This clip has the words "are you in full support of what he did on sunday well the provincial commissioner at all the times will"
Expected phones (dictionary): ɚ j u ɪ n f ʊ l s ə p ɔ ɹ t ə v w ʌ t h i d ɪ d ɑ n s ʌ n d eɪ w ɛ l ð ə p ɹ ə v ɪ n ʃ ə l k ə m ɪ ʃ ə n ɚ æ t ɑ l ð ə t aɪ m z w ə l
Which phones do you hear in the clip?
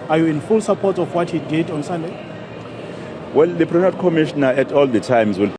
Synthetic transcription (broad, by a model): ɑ j u ɪ n f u l s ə p ɔ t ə f w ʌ t h i d ɪ d ɑ n s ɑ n d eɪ w ɛ l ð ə p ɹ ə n ə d k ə m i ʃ n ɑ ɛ t ɑ l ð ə t aɪ m z w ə l